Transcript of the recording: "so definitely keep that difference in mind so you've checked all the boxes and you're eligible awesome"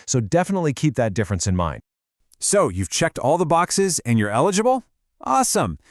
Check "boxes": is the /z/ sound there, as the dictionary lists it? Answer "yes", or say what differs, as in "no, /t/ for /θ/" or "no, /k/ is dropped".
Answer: yes